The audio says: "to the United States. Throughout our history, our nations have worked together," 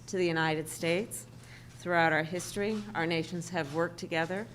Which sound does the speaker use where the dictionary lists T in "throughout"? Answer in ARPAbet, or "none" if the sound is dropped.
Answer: T